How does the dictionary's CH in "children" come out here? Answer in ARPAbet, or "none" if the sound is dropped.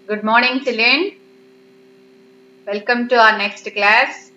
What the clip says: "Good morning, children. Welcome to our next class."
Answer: S